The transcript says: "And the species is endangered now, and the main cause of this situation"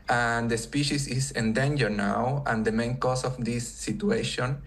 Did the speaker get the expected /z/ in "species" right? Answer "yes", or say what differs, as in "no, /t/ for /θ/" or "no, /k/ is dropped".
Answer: no, /s/ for /z/